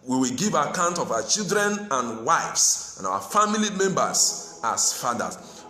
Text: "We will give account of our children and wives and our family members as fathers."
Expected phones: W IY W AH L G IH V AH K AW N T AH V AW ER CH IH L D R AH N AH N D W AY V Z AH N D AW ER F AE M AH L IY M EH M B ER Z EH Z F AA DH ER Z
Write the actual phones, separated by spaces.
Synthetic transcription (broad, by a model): W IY W AH L G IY V AH K AW N T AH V AW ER CH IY L D R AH N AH N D W AY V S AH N AW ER F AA M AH L IY M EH M B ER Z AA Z F AA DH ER